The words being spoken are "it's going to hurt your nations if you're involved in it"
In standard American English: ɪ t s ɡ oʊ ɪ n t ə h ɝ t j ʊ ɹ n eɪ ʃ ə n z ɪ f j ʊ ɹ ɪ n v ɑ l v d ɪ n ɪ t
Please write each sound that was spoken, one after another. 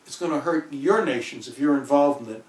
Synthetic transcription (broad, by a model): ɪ t s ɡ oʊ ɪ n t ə h ɝ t j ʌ ɹ n eɪ ʃ ə n z ɪ f j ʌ ɹ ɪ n v ɑ l v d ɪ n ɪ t